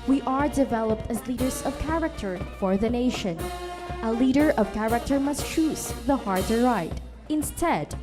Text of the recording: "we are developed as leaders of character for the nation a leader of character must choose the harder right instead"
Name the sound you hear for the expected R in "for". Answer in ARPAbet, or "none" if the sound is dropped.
R